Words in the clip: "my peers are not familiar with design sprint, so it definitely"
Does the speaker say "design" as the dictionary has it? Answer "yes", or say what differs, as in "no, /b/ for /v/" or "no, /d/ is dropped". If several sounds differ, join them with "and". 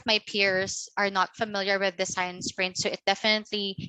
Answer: no, /s/ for /z/